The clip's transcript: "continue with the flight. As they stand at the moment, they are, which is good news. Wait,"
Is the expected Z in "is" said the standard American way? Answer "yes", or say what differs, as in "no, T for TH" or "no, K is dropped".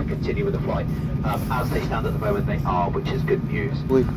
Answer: yes